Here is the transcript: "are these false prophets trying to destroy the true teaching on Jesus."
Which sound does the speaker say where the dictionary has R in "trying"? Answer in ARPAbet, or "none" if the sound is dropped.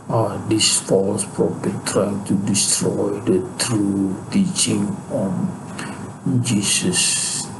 R